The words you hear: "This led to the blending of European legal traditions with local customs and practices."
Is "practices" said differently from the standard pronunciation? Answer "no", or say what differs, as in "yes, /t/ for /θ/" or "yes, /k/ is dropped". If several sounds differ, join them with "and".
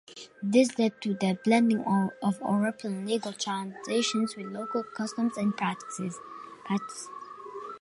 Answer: yes, /s/ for /z/